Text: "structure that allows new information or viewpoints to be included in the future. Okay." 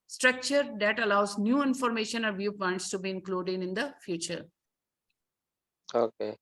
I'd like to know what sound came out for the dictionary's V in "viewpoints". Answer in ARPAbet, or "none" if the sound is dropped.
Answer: V